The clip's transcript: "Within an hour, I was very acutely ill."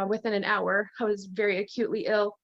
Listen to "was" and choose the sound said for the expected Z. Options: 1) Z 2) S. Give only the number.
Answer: 1